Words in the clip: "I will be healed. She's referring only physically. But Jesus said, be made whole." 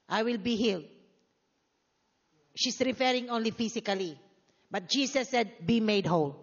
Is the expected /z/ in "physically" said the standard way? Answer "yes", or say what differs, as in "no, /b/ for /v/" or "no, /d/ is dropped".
no, /s/ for /z/